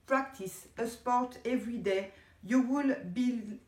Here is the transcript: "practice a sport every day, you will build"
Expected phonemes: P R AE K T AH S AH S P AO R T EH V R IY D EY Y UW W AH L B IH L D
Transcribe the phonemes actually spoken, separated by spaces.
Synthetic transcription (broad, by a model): P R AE K T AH S AH S P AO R T EH V R IY D EY Y UW W AH L B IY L